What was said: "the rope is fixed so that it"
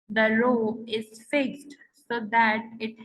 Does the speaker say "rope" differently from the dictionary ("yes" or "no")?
yes